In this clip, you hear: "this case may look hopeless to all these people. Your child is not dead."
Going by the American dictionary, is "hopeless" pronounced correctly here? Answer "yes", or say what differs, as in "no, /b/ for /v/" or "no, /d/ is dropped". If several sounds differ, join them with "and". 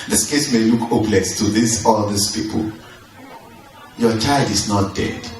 no, /b/ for /p/